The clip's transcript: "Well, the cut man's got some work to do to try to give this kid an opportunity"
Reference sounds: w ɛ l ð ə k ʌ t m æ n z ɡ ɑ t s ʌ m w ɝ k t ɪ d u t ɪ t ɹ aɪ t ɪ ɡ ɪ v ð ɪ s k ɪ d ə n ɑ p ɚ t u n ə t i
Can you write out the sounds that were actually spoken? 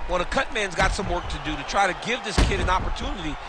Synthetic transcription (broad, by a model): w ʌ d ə k ʌ t m æ n z ɡ ɑ t s ʌ m w ɝ k t ɪ d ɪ t ɪ t ɹ aɪ t ɪ ɡ ɪ v ð ɪ s k ɪ d ə n ɑ p ɚ t u n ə t i